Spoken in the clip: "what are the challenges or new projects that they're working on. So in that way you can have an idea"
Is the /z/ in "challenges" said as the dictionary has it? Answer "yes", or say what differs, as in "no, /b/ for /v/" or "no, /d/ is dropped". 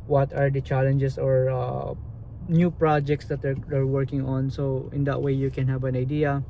no, /s/ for /z/